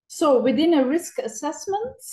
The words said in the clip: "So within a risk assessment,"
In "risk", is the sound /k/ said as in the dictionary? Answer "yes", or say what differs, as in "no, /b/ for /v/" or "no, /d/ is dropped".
yes